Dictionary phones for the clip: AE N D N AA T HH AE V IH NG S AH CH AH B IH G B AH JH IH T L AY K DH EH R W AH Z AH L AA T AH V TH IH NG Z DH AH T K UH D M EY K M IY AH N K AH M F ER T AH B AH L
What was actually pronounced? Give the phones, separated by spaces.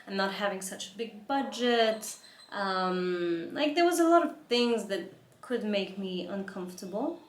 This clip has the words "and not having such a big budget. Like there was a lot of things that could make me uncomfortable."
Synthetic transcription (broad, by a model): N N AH T HH AE V IH NG S AH CH AH B IH G B AH JH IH T L AY K DH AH R W AH Z AH L AA T AH V TH IH NG Z DH AH T K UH D M EY K M IY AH N K AH M F T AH B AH L